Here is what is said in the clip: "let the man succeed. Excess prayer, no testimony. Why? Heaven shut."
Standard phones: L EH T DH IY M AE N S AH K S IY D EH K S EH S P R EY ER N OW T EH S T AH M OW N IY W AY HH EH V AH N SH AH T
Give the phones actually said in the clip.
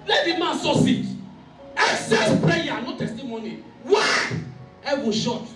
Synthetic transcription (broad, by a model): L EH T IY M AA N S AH S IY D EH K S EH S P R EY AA N OW T EH S T AH M OW N IY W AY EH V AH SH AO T